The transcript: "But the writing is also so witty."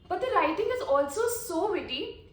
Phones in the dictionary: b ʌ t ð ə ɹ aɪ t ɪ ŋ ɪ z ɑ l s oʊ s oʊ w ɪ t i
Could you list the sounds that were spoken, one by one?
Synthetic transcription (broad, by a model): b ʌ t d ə l aɪ t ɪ ŋ ɪ z ɑ l s oʊ s oʊ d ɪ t i